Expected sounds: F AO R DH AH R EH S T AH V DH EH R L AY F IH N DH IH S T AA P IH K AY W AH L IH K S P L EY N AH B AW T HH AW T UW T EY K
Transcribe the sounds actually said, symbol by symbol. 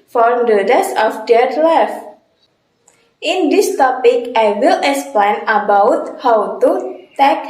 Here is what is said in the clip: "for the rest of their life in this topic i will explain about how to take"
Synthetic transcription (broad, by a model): F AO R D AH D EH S AH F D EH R L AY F IH N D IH S T AA P IH K AY W AH L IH K S P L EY N AH B AW T HH AW T UW T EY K